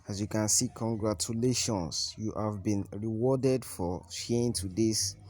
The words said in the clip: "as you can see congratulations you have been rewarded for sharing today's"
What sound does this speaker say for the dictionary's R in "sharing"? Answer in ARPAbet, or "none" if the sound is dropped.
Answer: none